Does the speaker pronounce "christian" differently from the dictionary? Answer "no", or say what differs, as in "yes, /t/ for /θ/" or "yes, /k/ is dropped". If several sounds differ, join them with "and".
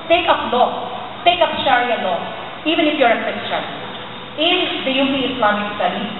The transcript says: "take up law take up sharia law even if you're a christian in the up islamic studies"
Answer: yes, /ɹ/ is dropped